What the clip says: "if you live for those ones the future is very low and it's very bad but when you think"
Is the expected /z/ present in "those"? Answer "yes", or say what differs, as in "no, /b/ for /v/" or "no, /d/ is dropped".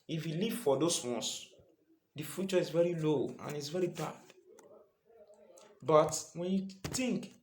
no, /s/ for /z/